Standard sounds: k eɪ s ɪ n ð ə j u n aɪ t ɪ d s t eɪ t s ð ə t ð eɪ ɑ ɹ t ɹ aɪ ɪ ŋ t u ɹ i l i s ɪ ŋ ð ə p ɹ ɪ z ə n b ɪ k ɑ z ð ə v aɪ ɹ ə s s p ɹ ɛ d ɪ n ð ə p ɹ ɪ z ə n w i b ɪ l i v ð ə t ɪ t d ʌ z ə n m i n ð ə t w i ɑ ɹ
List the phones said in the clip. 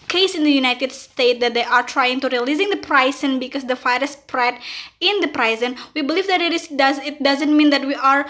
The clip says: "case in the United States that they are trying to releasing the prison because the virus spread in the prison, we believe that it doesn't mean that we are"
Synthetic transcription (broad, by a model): k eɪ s ɪ n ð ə j u n aɪ t ɪ d s t eɪ t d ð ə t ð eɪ ɑ ɹ t ɹ aɪ ɪ ŋ t u ɹ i l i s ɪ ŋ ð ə p ɹ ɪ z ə n b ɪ k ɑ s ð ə f aɪ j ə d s p ɹ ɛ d ɪ n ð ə p ɹ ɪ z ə n w i b ɪ l i v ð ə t ɪ t d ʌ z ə n m i n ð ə t w i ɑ ɹ